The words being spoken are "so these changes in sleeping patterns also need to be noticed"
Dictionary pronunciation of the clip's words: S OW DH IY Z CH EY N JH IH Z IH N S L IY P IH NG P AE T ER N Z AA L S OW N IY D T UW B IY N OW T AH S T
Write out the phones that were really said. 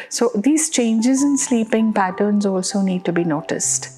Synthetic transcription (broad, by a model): S OW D IY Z CH EY N JH IH Z IH N S L IY P IH NG P AE T ER N Z AA L S OW N IY D T UW B IY N OW T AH S T